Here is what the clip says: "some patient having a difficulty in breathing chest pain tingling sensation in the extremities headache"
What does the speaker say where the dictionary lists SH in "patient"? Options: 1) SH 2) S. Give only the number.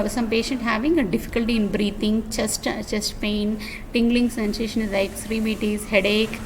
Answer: 1